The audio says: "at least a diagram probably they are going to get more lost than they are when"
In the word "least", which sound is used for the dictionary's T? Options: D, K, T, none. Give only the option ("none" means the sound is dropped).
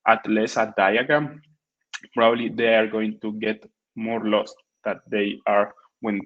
none